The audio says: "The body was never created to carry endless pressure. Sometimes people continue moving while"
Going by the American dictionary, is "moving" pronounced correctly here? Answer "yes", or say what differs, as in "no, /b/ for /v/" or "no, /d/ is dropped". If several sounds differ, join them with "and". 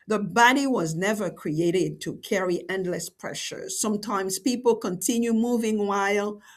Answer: yes